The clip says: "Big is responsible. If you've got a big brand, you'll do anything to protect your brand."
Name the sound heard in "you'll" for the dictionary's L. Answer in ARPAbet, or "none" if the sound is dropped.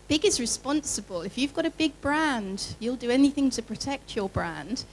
L